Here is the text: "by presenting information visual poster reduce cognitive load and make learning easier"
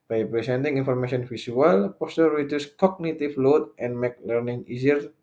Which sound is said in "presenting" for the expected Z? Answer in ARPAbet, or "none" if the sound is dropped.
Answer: S